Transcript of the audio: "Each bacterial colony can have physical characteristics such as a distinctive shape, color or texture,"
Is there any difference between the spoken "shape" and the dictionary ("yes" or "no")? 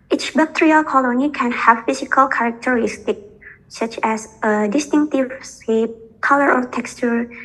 yes